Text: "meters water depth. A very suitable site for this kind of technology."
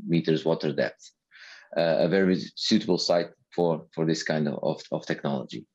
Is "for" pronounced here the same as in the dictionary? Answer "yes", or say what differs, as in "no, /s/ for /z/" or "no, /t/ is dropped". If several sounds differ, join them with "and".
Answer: yes